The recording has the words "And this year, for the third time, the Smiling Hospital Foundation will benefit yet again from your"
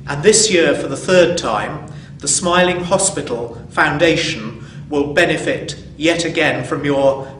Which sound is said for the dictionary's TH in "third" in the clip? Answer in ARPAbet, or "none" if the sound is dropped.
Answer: TH